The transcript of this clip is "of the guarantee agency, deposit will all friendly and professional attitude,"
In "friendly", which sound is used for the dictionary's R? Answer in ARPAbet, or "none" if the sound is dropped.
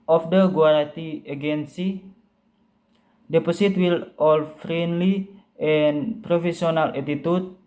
R